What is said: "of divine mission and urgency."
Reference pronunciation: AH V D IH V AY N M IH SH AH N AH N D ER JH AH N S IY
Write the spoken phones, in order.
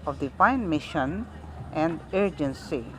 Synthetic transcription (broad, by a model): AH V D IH P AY N M IH SH AH N AH N D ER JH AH N S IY